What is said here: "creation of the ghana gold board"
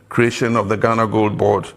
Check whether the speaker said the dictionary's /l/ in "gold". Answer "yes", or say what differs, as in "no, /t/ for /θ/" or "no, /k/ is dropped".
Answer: yes